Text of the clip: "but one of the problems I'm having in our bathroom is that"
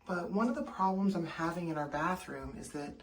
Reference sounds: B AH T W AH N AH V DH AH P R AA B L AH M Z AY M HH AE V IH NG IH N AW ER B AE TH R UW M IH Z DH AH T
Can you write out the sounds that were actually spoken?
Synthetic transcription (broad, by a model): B AH T W AH N AH V DH AH P R AA B L AH M Z AY M HH AE V IH NG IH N AW ER B AE TH R UW M IH Z DH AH T